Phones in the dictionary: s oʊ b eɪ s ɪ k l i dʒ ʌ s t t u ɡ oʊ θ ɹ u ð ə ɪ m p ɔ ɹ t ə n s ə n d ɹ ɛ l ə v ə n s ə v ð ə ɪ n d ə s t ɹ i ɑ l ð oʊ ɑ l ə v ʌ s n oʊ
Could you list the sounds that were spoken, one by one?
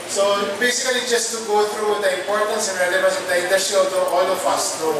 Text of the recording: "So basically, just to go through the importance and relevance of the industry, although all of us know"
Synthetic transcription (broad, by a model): s oʊ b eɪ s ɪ k l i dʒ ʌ s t t u ɡ oʊ t ɹ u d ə ɪ m p ɔ ɹ t ə n s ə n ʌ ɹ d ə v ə s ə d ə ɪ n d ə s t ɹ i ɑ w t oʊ ɑ l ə f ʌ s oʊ